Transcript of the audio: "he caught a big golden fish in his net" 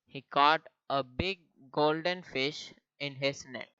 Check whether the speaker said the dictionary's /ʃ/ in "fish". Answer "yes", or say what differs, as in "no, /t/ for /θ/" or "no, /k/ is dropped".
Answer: yes